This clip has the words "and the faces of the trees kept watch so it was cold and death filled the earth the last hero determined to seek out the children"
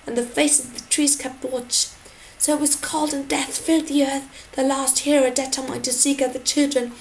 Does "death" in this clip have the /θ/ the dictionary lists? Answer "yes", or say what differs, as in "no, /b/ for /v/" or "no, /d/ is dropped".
yes